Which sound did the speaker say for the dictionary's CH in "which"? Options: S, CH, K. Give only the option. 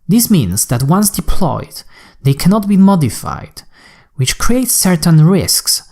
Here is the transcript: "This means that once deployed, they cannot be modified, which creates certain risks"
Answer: CH